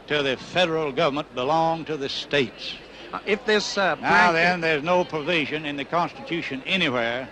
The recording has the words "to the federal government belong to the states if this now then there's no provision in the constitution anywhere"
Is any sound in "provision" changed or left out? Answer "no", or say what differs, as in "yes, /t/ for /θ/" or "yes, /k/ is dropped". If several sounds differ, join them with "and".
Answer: no